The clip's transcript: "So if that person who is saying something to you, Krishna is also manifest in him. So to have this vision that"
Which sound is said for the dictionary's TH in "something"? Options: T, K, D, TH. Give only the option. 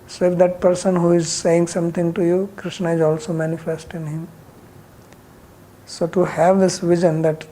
T